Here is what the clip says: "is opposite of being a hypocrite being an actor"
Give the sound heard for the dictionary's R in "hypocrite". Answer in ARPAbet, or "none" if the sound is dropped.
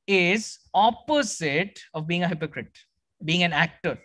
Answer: R